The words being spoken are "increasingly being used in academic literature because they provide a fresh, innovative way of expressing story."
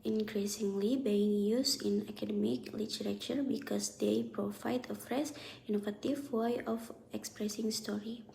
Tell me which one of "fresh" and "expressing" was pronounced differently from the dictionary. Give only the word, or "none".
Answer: fresh